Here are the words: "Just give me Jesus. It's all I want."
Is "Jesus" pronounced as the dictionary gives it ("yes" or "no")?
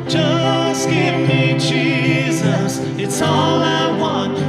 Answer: yes